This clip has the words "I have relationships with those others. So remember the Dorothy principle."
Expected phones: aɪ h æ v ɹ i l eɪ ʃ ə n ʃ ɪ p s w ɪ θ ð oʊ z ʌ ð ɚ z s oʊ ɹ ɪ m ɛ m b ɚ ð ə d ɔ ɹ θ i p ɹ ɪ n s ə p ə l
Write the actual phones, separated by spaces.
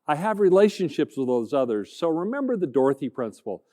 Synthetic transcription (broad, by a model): aɪ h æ v ɹ i l eɪ ʃ ə n ʃ ɪ p s w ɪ ð oʊ z ʌ ð ɚ z s oʊ ɹ ɪ m ɛ m b ɚ ð ə d ɔ ɹ θ i p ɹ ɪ n s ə p l